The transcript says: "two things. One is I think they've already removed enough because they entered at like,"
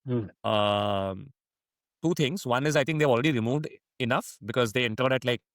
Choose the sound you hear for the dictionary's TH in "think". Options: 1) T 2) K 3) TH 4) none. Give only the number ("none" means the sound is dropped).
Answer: 1